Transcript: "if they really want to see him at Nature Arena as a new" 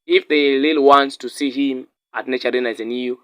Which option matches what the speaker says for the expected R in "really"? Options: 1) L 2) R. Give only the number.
1